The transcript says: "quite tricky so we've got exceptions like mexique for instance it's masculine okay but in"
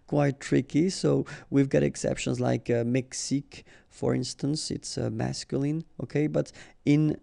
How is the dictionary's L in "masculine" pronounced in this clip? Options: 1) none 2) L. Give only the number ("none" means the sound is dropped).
2